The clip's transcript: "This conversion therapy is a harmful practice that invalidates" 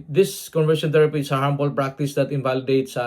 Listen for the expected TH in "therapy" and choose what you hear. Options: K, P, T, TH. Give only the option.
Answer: T